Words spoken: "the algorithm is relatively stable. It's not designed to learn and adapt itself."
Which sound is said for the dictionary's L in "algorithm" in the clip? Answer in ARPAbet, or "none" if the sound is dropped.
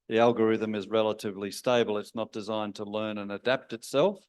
L